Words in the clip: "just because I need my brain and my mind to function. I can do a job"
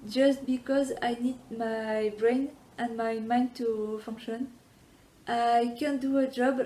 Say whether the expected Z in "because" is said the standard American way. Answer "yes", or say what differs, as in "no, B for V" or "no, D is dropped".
yes